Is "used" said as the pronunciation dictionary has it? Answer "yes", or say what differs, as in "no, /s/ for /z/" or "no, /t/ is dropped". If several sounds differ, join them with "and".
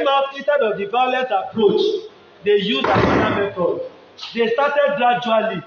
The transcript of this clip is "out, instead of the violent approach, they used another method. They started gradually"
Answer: no, /d/ is dropped